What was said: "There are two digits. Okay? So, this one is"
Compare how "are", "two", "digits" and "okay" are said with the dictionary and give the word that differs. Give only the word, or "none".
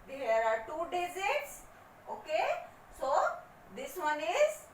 digits